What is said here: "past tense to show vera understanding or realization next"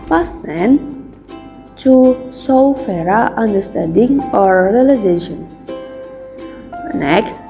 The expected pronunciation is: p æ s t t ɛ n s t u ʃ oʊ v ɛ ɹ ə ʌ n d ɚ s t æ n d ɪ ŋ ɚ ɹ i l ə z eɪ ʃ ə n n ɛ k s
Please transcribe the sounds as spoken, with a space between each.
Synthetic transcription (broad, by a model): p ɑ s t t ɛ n t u s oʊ f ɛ ɹ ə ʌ n d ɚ s t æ n d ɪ ŋ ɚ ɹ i l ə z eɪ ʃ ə n n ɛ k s